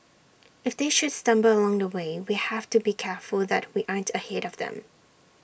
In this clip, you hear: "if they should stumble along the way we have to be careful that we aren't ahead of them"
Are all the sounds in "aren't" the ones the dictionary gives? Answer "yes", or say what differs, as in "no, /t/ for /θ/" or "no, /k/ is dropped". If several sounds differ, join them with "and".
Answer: yes